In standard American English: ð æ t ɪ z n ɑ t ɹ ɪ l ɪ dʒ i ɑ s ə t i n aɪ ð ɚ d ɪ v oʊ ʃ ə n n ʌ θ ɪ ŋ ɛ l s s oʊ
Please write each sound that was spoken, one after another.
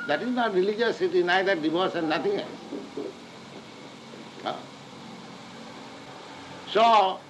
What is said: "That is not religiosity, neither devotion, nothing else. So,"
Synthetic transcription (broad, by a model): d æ t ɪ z n ɑ t ɹ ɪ l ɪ dʒ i s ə t i n aɪ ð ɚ d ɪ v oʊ s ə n n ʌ t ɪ ŋ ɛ l s s oʊ